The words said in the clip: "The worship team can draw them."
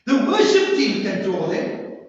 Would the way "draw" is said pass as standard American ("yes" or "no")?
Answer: no